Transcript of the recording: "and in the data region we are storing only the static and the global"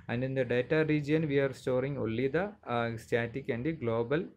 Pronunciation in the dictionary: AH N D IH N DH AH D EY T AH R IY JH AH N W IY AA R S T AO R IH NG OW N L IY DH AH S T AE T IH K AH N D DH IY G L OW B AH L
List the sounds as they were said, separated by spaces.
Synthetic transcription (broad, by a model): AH N D IH N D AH D EY T AH R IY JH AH N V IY AA R S T AO R IH NG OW L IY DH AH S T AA T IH K AH N D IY G L OW B AH L